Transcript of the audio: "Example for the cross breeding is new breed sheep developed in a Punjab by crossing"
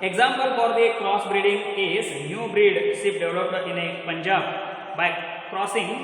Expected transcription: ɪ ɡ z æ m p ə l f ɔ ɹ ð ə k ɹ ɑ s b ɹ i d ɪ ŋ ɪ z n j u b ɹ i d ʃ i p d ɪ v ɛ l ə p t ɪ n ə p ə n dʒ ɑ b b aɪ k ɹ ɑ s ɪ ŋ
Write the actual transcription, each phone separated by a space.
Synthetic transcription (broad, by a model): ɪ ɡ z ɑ m p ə l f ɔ ɹ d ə k ɹ ɑ s b ɹ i d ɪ ŋ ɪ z n j u b ɹ i d s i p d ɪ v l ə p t ɪ n ə p ə n dʒ ɑ b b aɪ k ɹ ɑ s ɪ ŋ